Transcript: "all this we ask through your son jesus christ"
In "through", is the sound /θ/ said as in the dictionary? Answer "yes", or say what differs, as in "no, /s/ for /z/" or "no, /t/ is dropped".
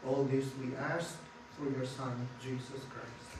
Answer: no, /f/ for /θ/